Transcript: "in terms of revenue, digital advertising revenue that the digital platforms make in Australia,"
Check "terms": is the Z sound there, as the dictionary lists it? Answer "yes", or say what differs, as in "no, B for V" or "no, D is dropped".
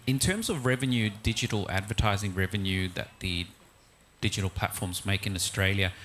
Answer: yes